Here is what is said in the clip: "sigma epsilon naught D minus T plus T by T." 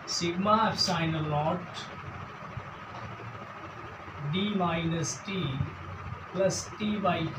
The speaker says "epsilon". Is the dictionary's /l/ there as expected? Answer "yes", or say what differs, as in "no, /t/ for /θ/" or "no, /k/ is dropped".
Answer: no, /l/ is dropped